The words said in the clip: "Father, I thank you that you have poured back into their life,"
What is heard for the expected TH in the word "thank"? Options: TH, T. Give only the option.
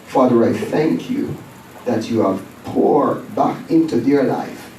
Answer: TH